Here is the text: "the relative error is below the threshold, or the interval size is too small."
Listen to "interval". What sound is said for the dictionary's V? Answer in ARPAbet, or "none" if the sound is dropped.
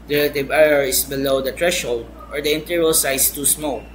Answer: none